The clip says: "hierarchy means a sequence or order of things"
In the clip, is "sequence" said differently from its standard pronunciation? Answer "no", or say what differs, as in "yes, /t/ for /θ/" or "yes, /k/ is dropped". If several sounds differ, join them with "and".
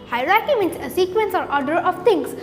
no